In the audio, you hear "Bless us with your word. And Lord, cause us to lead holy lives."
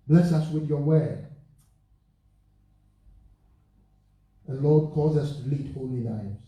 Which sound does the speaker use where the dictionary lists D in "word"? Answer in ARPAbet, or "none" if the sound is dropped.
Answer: none